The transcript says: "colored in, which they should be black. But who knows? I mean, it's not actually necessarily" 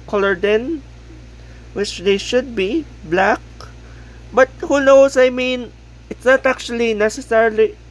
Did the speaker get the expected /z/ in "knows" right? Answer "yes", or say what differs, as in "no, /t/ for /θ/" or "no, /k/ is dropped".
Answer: no, /s/ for /z/